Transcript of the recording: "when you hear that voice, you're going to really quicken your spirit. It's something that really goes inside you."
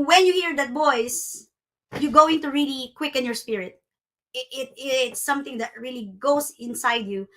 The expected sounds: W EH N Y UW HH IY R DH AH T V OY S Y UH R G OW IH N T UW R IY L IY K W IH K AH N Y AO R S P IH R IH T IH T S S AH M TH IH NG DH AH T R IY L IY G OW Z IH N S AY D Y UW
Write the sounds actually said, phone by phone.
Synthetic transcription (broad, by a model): W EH N Y UW HH IY R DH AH T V OY S Y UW G OW IH N T UW R IY L IY K W IH K AH N Y AO R S P IH R IH T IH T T S AH M TH IH NG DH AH T R IY L IY G OW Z IH N S AY D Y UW